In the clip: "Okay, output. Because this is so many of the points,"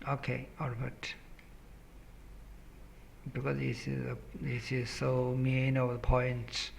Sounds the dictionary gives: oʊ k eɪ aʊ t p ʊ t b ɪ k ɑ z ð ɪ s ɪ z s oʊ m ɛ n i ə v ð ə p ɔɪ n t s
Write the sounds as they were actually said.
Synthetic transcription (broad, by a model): oʊ k eɪ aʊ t b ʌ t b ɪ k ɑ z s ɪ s ɪ z s oʊ m ɛ n i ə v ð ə p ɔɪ n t s